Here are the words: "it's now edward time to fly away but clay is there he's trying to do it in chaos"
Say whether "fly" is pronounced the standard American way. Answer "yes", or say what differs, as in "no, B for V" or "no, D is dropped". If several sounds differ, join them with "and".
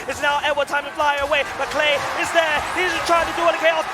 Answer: yes